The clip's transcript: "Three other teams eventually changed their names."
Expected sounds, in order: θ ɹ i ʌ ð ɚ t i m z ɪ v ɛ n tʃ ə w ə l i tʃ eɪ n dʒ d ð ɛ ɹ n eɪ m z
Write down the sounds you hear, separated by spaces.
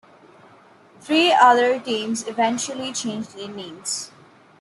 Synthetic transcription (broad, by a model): t ɹ i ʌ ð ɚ t i m z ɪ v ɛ n tʃ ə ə l i tʃ eɪ n dʒ d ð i n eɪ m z